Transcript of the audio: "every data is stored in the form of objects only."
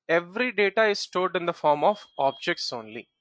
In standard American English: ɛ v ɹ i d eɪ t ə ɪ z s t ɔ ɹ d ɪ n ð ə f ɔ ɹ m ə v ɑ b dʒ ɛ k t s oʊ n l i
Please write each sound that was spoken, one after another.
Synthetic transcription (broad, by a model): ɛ v ɹ i d eɪ t ə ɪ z s t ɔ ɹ d ɪ n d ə f ɔ ɹ m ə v ɑ b dʒ ɛ k t s oʊ n l i